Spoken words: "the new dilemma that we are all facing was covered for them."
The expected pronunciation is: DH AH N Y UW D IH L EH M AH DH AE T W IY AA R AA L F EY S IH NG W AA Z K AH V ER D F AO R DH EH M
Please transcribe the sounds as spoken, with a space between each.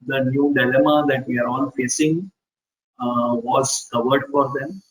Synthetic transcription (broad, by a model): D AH N Y UW D IH L EH M AH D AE T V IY AA R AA N F EY S IH NG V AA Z K AH V ER D F AO R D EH M